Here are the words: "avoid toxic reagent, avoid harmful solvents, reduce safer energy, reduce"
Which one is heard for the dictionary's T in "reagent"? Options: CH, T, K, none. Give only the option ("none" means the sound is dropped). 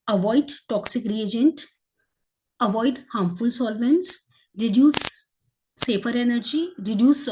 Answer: T